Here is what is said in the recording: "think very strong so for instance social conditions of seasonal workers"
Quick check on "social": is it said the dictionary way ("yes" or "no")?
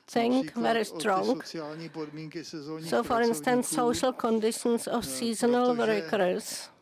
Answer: yes